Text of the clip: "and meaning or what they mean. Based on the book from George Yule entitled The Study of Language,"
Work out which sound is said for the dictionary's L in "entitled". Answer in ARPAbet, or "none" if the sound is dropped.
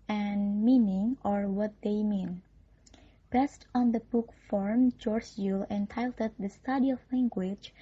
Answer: none